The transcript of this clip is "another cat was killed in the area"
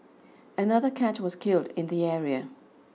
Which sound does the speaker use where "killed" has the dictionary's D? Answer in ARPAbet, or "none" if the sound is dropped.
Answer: D